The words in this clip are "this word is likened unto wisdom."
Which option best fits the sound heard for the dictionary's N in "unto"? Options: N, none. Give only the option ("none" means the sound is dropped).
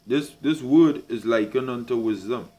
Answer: N